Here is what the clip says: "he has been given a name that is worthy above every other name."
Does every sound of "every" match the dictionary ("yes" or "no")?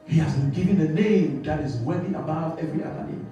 yes